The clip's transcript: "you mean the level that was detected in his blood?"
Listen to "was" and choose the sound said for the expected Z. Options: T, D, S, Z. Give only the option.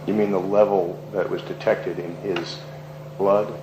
Z